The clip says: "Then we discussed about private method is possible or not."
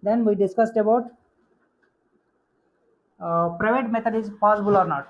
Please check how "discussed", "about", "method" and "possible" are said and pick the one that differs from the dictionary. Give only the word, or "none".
method